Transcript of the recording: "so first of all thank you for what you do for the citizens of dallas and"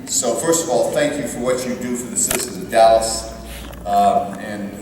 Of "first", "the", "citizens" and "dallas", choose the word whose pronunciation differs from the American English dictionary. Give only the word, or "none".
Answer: citizens